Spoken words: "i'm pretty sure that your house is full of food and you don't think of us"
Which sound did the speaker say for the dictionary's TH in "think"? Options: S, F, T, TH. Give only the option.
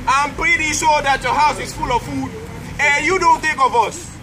T